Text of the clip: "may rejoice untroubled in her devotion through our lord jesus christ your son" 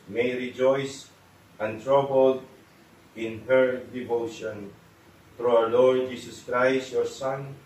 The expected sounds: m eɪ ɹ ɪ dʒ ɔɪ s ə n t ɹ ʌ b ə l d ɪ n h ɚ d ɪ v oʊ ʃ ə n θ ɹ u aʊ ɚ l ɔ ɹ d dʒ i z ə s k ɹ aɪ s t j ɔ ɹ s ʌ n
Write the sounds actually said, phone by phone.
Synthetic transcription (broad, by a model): m eɪ ɹ ɪ dʒ ɔɪ s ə n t ɹ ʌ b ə l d ɪ n h ɚ d ɪ v oʊ ʃ ə n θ ɹ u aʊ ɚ l ɔ ɹ d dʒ i s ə s k ɹ aɪ s t j ɔ ɹ s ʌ n